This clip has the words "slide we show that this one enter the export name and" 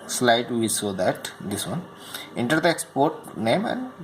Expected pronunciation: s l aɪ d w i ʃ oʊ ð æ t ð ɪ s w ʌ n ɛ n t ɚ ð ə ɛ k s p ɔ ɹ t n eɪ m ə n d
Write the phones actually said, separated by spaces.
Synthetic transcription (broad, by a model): s l aɪ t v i s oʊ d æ t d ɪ s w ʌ n ɛ n t ɚ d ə ɛ k s p ɔ ɹ t n eɪ m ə n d